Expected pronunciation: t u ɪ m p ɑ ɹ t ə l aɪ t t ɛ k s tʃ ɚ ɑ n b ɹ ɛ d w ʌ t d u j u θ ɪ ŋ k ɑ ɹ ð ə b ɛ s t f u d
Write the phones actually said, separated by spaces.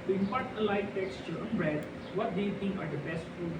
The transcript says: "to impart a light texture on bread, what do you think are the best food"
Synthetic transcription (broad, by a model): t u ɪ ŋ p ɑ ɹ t ə l aɪ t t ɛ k s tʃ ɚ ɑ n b ɹ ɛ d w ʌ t d u j u t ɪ ŋ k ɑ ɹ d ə b ɛ s t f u